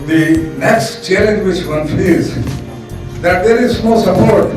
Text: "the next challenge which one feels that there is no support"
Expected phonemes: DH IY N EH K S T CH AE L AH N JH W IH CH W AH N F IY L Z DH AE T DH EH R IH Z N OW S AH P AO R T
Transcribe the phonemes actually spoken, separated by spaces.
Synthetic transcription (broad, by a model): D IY N EH K S T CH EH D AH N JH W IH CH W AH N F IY Z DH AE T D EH R IH Z N OW S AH P AO R T